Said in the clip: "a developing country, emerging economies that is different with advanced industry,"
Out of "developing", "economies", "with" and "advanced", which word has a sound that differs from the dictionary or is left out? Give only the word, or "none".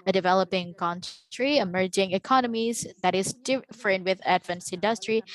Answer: advanced